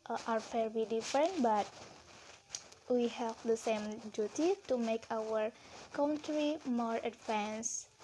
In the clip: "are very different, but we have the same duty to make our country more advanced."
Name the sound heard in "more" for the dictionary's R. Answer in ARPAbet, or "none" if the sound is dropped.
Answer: R